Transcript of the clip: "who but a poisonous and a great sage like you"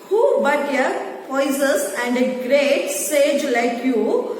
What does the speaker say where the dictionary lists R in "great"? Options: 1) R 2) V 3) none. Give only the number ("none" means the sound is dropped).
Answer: 1